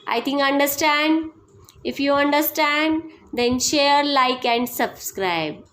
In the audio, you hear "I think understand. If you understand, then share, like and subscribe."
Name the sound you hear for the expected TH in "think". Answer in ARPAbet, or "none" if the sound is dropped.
T